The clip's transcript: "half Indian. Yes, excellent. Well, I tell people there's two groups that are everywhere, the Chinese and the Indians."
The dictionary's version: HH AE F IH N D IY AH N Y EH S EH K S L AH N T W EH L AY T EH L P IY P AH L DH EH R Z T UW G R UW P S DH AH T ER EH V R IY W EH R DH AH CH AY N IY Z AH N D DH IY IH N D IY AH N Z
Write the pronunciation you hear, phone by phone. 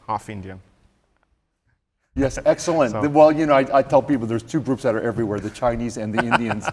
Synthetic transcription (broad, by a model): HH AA F IH N D IY AH N Y EH S EH K S L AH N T W EH L AY T EH L P IY P L DH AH R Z T UW G R UW P S DH AH T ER EH V R IY W EH R DH AH CH AY N IY Z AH N DH IY IH N D IY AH N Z